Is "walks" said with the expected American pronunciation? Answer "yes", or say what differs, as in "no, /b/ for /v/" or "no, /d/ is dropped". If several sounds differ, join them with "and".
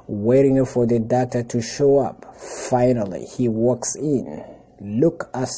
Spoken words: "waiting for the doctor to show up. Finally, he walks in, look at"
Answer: yes